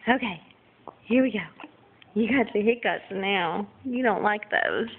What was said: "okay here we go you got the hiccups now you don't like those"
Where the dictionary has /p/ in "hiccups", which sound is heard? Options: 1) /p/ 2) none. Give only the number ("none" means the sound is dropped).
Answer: 2